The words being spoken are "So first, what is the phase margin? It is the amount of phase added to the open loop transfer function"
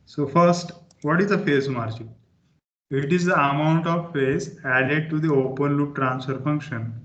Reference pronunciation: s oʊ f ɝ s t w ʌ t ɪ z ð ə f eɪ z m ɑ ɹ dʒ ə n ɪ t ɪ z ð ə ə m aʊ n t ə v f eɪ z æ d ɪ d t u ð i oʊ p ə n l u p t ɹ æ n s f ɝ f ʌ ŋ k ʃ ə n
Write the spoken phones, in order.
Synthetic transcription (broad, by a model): s oʊ f ɝ s t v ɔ t ɪ z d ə f eɪ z m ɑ ɹ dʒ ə ɪ t ɪ z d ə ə m aʊ n t ə v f eɪ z æ d ɪ d t u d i oʊ p ə n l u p t ɹ æ n s f ɝ f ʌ ŋ k ʃ ə n